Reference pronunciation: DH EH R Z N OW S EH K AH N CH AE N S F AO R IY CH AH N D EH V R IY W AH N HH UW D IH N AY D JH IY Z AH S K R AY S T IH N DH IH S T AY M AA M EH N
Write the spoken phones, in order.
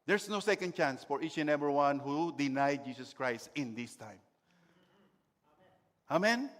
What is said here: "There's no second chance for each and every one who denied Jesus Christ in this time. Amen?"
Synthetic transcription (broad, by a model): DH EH R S N OW S EH K AH N CH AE N S F AO R IY CH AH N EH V R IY W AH N HH UW D IH N AY D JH IY S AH S K R AY S T IH N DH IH S T AY M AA M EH N